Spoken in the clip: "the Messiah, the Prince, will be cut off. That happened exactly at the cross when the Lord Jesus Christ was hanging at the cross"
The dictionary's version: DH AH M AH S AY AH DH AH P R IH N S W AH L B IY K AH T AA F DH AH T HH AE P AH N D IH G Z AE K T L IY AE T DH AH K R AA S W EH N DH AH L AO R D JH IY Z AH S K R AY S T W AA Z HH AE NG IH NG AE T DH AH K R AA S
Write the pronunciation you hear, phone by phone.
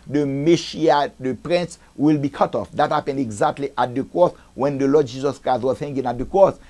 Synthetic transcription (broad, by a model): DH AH M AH SH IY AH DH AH P R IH N S W AH L B IY K AH T AA F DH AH T HH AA P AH N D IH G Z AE K T L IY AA T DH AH K R AA S W EH N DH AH L AO D JH IY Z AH S K R AY S T W AA Z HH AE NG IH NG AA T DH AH K R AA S